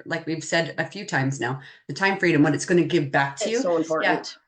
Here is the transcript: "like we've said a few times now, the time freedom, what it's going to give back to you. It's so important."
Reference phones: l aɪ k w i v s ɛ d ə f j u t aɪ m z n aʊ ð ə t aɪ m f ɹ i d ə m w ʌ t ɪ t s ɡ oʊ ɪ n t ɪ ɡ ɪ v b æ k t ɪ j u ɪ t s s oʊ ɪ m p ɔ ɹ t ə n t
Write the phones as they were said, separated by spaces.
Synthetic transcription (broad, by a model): l aɪ k w i v s ɛ d ə f j u t aɪ m z n aʊ ð ə t aɪ m f ɹ i d ə m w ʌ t ɪ t s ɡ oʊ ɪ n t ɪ ɡ ɪ v b æ k t ɪ j u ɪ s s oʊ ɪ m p ɔ ɹ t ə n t